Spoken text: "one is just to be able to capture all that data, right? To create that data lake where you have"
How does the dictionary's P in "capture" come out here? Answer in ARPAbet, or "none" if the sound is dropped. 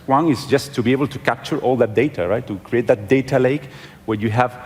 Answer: P